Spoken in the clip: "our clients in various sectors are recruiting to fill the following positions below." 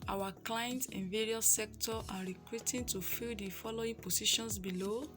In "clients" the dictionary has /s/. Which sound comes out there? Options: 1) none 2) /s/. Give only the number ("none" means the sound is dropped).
1